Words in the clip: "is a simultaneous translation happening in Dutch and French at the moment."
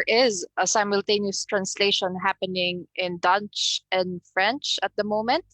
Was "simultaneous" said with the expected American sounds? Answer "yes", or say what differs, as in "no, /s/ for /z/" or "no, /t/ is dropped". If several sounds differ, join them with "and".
yes